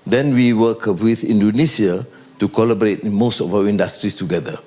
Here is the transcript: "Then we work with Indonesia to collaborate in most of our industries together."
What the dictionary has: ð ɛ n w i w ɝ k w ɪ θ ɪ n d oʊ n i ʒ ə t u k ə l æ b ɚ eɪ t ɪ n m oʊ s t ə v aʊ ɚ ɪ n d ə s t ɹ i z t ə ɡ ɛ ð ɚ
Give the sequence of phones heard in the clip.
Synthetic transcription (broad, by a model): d ɛ n w i w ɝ k w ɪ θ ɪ n d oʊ n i s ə t u k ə l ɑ b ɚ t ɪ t m oʊ s t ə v aʊ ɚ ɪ n d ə s t ɹ i s t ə ɡ ɛ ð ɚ